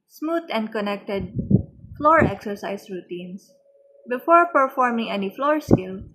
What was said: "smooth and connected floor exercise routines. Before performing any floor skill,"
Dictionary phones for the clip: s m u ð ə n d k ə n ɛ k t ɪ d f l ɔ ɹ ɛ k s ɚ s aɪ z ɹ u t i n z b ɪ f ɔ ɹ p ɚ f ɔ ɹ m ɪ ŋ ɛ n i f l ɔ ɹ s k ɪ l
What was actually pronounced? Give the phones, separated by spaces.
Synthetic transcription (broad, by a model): s m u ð ə n d k ə n ɛ k t ɪ d f l ɔ ɹ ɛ k s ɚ s aɪ s ɹ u t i n s b ɪ f ɔ ɹ p ɚ f ɔ ɹ m ɪ ŋ ɛ n i f l ɔ ɹ s k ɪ l